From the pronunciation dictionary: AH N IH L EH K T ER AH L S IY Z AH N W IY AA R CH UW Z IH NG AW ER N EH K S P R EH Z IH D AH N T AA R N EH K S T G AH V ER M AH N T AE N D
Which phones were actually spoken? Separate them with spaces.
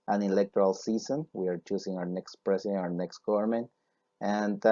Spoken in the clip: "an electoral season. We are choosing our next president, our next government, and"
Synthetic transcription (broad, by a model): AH N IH L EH K T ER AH L S IY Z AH N W IY AA R CH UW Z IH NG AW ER N EH K S P R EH S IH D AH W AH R N EH K S T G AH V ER M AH N T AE N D